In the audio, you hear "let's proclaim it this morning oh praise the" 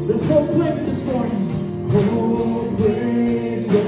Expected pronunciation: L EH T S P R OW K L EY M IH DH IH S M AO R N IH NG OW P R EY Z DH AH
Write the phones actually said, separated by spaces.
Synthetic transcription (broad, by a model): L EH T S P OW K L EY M IH DH IH S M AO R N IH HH OW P L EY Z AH